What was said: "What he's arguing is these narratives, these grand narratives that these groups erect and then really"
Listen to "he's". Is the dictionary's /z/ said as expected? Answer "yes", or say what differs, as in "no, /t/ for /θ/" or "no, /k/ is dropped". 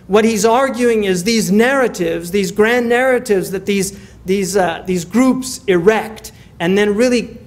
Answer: yes